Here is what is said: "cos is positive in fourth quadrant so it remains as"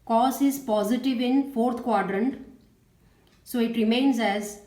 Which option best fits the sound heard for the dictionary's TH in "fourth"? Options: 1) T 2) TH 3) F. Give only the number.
1